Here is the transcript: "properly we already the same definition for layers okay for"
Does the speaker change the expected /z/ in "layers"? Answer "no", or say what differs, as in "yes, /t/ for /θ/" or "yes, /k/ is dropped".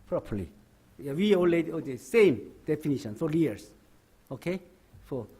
yes, /s/ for /z/